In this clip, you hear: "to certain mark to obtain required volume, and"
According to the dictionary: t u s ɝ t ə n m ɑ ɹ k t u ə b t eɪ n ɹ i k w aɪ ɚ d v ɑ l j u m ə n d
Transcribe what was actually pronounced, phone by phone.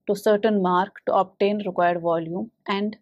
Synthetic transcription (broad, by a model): t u s ɝ t ə n m ɑ ɹ k t u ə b t eɪ n ɹ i k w aɪ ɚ d v ɑ l j u m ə n d